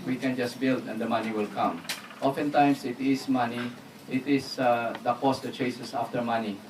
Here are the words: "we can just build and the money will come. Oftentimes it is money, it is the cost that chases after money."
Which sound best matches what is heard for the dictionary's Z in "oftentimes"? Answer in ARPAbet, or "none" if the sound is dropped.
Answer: S